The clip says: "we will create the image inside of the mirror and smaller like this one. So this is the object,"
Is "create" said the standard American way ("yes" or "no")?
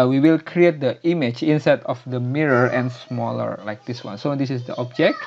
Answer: yes